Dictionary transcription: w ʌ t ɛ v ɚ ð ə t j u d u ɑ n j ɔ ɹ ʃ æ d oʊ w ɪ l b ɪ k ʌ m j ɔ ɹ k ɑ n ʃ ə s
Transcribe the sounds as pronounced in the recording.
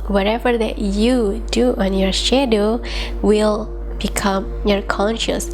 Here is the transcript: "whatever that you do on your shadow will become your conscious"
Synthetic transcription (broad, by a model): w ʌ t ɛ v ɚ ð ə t j u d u ɑ n j ɔ ɹ ʃ æ d oʊ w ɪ l b ɪ k ʌ m j ɔ ɹ k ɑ n ʃ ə s